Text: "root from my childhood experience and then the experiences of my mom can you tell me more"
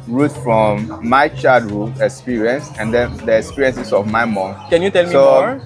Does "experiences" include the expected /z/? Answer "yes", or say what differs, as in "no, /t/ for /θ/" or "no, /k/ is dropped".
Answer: no, /s/ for /z/